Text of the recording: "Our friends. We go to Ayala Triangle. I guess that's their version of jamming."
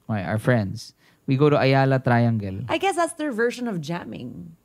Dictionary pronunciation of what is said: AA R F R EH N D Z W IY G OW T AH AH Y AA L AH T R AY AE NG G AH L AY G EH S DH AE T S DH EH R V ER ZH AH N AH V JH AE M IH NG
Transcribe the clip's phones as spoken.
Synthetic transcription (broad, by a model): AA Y F R EH N D S W IY G OW T AH AH Y AA L AH T R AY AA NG G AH L AY G EH S DH AE T S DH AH R V ER SH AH N AH V JH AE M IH NG